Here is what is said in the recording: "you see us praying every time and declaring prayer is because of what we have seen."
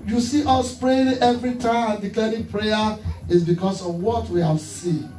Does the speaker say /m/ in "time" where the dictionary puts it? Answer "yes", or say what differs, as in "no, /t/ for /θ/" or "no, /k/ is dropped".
no, /m/ is dropped